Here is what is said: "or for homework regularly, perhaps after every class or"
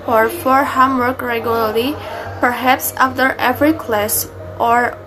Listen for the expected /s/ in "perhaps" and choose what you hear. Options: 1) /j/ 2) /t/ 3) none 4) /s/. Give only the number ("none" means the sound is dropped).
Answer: 4